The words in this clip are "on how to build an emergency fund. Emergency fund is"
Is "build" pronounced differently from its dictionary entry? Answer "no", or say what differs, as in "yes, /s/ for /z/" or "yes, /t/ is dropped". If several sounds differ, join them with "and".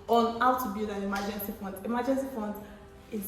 yes, /l/ is dropped